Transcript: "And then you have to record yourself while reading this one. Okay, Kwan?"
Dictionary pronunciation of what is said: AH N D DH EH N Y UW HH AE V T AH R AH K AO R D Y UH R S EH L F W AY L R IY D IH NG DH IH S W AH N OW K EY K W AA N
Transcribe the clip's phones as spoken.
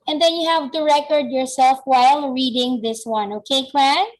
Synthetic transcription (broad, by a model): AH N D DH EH N Y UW HH AE V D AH R AH K AO R D Y UH R S EH L F W AY L R IY D IH NG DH IH S W AH N OW K EY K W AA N